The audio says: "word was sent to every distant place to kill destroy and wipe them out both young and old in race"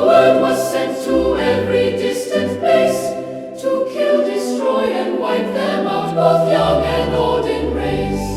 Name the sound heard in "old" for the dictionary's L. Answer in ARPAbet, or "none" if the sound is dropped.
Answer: none